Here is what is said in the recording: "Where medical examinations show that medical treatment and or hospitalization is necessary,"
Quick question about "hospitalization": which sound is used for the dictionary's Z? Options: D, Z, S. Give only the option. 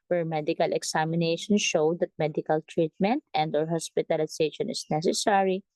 S